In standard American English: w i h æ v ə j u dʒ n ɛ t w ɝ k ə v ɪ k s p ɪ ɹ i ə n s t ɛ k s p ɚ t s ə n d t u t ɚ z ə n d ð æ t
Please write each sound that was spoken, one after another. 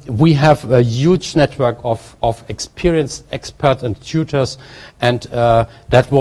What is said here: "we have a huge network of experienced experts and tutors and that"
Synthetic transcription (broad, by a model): w i h æ v ə j u dʒ n ɛ t w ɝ k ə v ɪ k s p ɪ ɹ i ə n s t ɛ k s p ɚ t s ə n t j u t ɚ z ə n d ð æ t